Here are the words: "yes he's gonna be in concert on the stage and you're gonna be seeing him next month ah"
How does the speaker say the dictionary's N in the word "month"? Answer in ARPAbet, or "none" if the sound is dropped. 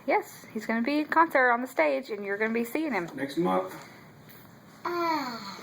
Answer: none